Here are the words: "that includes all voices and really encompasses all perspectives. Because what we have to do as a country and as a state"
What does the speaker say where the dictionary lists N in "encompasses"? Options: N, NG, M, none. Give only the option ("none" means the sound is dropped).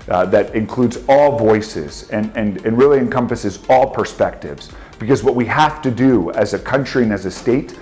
N